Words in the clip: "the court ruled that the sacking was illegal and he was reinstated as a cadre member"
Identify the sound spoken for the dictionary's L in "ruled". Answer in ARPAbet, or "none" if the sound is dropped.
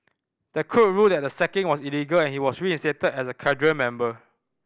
none